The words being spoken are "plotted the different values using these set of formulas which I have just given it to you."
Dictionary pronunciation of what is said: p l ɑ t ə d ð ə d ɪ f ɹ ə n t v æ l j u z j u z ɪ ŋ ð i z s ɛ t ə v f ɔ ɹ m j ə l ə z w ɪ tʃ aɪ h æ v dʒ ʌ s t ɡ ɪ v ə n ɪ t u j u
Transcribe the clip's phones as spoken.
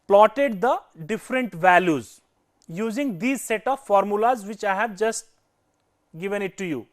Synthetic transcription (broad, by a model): p l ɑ t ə d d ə d ɪ f ɹ ə n t v æ l j u z j u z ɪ ŋ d i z s ɛ t ə v f ɔ ɹ m j ə l ə z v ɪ tʃ aɪ h æ v dʒ ʌ s t ɡ ɪ v ə n ɪ t u j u